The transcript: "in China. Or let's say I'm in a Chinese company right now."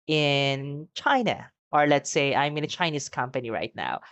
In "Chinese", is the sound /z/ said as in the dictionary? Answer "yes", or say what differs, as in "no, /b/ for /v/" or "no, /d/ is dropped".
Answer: no, /s/ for /z/